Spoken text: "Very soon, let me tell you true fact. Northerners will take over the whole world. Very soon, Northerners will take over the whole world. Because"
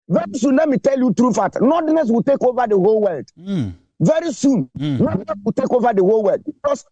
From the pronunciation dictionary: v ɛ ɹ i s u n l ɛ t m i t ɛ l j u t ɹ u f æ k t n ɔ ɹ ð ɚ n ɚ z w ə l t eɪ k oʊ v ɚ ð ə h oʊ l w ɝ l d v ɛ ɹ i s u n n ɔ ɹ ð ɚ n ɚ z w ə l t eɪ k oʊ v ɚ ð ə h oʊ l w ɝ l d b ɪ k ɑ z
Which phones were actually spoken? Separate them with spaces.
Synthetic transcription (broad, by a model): v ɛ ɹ i s u n l ɛ t m i t ɛ l j u t ɹ u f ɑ t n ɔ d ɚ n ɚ s w ə l t eɪ k oʊ v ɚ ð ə h oʊ l w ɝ l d v ɛ ɹ i s u n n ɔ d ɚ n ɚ s w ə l t eɪ k oʊ v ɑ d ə h oʊ l w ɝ l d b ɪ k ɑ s